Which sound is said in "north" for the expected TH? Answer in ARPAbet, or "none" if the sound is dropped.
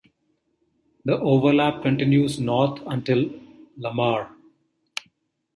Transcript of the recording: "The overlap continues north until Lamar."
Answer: T